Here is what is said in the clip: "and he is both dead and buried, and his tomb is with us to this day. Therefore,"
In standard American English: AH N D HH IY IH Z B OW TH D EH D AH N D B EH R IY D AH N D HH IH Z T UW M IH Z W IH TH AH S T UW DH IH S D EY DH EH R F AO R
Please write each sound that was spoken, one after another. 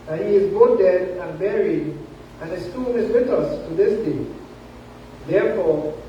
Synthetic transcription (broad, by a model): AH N HH IY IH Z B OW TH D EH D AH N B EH R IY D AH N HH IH S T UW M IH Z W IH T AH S T UW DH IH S D EY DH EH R F AO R